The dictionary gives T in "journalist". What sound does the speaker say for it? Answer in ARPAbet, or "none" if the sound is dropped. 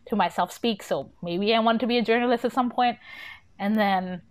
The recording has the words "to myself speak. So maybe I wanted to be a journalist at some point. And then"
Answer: T